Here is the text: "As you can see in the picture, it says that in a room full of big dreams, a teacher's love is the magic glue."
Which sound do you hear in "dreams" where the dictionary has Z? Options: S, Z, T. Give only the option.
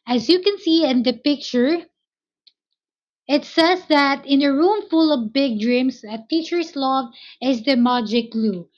S